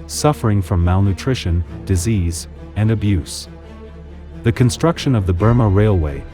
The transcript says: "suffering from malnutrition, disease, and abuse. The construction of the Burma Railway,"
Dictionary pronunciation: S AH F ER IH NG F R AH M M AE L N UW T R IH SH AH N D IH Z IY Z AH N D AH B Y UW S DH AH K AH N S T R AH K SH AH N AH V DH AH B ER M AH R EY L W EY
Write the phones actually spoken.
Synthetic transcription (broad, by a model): S AH F ER IH NG F R AH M M AE L N UW T R IH SH AH N D IH Z IY Z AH N AH B Y UW S DH AH K AH N S T R AH K SH AH N AH V DH AH B ER M AH R EY L W EY